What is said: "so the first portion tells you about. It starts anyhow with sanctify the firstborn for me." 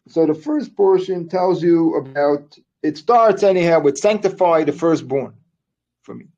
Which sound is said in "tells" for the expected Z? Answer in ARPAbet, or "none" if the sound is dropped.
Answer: Z